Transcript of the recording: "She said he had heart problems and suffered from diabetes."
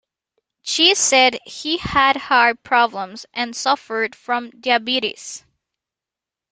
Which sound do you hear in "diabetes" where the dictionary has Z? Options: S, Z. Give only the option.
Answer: S